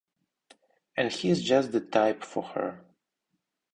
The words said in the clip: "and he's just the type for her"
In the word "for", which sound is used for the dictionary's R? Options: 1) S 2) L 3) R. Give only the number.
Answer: 3